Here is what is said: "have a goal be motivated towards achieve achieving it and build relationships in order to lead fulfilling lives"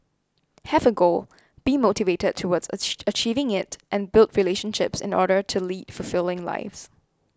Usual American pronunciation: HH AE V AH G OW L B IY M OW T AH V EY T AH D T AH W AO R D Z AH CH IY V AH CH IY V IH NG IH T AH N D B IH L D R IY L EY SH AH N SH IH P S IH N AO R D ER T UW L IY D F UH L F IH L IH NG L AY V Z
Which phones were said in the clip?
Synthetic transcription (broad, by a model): HH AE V AH G OW L B IY M OW T AH V EY T AH D T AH W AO D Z AH CH IY V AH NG IH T T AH N B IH L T R IY L EY SH AH N SH IH P S IH N AO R D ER T UW L IY D F UH L F IH L IH NG L AY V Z